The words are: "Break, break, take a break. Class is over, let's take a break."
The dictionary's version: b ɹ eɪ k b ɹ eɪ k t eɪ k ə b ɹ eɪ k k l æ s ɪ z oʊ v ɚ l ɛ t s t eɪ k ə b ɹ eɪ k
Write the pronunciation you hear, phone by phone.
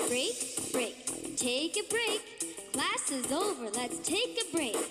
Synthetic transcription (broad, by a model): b ɹ eɪ k b ɹ eɪ k t eɪ k ə b ɹ eɪ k k l æ s ɪ z oʊ v ɚ l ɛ t s t eɪ k ə b ɹ eɪ k